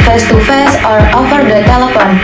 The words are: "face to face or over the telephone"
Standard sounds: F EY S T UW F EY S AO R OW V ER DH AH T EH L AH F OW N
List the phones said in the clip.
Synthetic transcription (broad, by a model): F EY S T UW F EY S AO R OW F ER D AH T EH L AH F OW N